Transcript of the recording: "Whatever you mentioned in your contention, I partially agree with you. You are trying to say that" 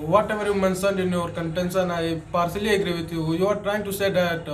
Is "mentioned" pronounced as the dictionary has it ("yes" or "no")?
no